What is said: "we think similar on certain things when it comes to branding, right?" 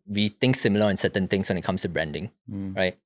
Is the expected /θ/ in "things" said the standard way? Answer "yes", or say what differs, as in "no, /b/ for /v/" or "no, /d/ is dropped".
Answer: no, /t/ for /θ/